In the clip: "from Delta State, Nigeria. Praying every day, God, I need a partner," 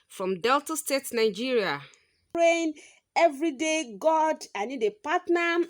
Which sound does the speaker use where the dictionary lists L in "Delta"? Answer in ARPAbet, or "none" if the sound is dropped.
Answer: L